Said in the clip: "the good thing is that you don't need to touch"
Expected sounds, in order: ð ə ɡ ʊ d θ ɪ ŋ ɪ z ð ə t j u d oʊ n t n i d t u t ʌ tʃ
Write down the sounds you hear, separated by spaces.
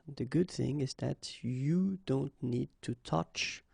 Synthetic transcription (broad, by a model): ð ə ɡ ʊ d θ ɪ ŋ ɪ z ð ə t j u d oʊ n t n i d t u t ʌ tʃ